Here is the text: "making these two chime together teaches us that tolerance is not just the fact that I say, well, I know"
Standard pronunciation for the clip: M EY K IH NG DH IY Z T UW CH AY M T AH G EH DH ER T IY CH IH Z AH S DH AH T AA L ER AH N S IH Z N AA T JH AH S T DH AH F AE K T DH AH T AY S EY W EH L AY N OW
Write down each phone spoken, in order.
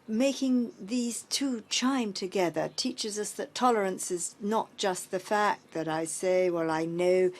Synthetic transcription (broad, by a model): M EY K IH NG DH IY Z T UW CH AY M T AH G EH DH ER T IY CH IH Z AH S DH AH T AA L ER AH N S IH Z N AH T JH AH S T DH AH F AE K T DH AH T AY S EY W EH L AY N OW